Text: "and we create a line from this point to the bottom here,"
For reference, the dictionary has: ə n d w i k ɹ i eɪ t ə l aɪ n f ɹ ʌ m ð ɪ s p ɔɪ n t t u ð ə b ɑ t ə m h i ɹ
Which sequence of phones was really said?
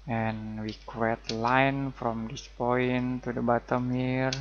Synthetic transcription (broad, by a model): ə n w i k i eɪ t l aɪ n f ɹ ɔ m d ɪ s p ɔɪ n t t u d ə b ɑ t ə m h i ɹ